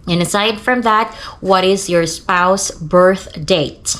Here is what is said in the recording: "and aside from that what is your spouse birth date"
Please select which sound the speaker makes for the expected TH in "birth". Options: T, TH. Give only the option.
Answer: TH